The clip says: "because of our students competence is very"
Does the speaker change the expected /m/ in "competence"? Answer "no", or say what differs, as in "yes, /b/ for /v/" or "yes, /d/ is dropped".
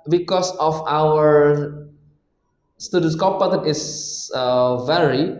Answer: yes, /m/ is dropped